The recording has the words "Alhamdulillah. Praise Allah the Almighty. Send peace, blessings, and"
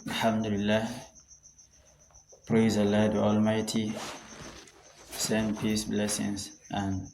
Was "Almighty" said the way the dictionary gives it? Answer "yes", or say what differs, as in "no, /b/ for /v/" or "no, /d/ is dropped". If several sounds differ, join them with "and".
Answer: yes